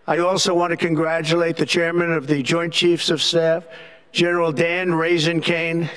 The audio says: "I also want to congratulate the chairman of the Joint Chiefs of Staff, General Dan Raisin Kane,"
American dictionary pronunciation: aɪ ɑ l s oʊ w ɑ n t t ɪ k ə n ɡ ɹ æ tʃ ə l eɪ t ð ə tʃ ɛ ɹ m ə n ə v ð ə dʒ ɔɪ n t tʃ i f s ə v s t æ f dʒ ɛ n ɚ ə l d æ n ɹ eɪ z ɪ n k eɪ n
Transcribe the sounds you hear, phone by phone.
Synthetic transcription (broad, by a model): aɪ ɑ l s oʊ w ɑ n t t ɪ k ə n ɡ ɹ æ tʃ ə l eɪ t ð ə tʃ ɛ ɹ m ə n ə v ð ə dʒ ɔɪ n tʃ i f s ə v s t æ f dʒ ɛ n ɚ l d æ n ɹ eɪ z ɪ n k eɪ n